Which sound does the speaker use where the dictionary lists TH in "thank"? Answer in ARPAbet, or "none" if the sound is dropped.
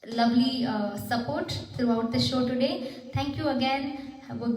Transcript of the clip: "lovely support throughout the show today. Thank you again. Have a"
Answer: T